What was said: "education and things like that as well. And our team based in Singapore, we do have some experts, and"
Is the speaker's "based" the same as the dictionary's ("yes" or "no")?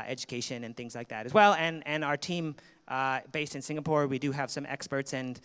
yes